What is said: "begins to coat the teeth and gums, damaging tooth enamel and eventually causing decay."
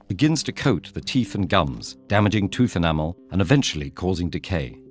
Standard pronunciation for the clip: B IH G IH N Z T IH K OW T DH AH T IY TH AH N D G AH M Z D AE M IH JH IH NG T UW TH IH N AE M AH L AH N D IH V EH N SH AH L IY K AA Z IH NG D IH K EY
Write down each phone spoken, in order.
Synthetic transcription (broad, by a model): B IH G IH N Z T IH K OW T DH AH T IY TH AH N G AH M Z D AE M IH JH IH NG T UW TH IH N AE M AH L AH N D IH V EH N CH L IY K AA Z IH NG D IH K EY